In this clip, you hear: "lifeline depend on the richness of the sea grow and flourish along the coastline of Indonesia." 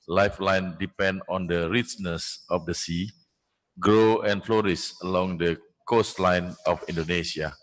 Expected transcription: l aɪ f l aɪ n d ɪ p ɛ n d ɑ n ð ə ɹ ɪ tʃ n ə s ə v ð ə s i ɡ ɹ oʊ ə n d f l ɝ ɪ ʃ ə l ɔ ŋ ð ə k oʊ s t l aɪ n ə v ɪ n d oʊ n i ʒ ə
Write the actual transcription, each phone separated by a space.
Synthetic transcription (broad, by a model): l aɪ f l aɪ n d ɪ p ɛ n d ɑ n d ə ɹ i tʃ n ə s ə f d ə s i ɡ ɹ oʊ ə n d f l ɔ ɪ s ə l ɔ ŋ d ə k oʊ s t l aɪ n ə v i n d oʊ n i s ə